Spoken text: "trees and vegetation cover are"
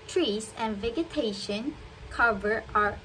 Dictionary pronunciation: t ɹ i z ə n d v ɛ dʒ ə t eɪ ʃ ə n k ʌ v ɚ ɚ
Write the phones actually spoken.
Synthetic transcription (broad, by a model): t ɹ i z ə n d v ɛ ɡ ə t eɪ ʃ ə n k ʌ v ɚ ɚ